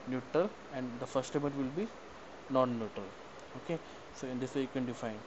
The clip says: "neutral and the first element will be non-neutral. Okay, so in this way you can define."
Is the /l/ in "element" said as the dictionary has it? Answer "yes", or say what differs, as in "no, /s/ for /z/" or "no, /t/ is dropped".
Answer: no, /l/ is dropped